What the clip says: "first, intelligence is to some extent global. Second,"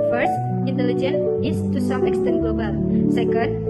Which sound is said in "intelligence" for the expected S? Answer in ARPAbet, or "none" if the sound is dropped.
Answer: none